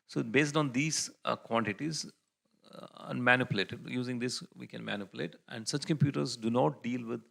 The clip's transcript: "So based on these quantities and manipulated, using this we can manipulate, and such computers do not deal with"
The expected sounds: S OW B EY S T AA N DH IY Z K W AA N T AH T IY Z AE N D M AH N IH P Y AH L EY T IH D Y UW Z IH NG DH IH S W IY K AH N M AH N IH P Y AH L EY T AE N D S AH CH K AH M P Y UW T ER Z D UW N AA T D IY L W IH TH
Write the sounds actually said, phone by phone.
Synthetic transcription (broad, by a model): S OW B EY S T AA N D IY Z K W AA N T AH T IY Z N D M AH N IH P Y AH L EY T IH D Y UW Z IH NG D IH S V IY K AH N M AH N IH P Y AH L EY T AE N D S AH CH K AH M P Y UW T ER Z D UW N AA T D IY L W IH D